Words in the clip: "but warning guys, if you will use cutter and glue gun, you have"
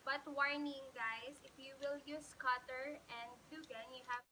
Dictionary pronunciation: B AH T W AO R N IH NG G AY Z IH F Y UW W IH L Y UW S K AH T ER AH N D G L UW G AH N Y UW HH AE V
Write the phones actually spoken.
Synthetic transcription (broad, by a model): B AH T W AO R N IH NG G AY S IH F Y UW W IH L Y UW S K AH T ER AH N D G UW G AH N Y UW HH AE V